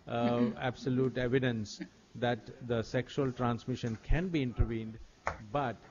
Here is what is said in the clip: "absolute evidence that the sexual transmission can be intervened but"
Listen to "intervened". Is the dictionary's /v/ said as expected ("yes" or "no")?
yes